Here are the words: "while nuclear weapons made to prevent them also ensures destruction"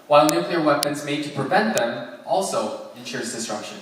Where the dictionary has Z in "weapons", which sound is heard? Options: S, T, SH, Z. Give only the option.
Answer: Z